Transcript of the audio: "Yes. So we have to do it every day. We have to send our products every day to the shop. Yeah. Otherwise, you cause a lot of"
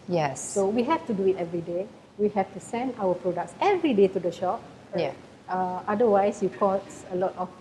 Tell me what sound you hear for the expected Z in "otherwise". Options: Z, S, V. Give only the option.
S